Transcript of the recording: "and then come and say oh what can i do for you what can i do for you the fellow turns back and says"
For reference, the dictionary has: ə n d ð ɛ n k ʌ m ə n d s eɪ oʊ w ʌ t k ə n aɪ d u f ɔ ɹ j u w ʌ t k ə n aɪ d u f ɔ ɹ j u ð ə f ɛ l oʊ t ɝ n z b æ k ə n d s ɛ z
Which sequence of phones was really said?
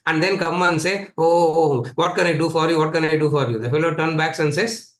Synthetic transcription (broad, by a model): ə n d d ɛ n k ʌ m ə n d s eɪ oʊ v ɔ t k ə n aɪ d u f ɔ ɹ j u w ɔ t k ə n aɪ d u f ɔ ɹ j u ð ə f ɛ l oʊ t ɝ n b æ k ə n s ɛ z